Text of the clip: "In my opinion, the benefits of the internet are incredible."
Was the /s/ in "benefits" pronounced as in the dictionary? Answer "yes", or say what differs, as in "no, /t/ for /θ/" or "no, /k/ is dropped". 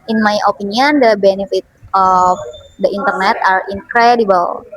no, /s/ is dropped